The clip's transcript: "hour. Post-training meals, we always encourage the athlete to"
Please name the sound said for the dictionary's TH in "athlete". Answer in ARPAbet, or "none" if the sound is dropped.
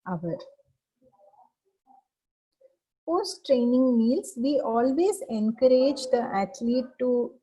T